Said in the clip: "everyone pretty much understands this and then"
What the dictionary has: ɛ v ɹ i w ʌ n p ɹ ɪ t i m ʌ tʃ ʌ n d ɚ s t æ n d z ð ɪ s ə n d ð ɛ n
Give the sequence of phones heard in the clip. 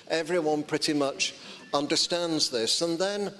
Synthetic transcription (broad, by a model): ɛ v ɹ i w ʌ n p ɹ ɪ t i m ʌ tʃ ʌ n d ɚ s t æ n d z ð ɪ s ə n ð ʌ n